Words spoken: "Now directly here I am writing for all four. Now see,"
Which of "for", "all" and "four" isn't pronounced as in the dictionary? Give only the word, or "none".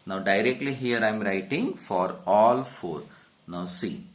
none